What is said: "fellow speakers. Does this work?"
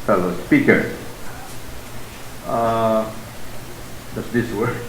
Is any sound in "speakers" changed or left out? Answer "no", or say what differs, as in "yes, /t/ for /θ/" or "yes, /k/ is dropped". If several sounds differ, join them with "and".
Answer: yes, /z/ is dropped